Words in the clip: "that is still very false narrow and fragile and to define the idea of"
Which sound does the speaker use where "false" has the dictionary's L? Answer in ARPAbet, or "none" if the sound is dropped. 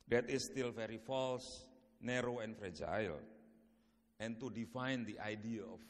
L